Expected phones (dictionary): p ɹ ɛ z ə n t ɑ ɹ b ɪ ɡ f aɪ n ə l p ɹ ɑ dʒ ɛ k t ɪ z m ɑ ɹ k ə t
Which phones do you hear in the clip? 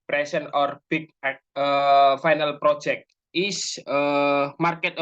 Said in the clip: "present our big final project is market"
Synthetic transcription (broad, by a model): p ɹ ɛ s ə n ɑ ɹ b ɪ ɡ f aɪ n ə l p ɹ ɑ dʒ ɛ k t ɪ s m ɑ ɹ k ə t